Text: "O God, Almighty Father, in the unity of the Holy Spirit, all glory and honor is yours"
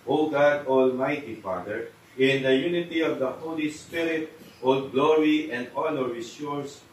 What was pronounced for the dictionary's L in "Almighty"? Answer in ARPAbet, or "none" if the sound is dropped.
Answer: L